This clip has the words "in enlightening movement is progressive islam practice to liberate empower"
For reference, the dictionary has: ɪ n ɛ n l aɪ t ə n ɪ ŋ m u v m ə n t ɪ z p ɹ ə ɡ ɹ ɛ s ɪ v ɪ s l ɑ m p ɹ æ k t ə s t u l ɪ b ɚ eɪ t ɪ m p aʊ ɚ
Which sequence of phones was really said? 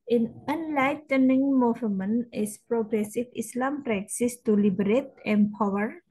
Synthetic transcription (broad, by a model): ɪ n ɛ n l aɪ t ə n ɪ ŋ m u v m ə n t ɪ s p ɹ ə ɡ ɹ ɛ s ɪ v ɪ s l ɑ m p ɹ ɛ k s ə s t u l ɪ b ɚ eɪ t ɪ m p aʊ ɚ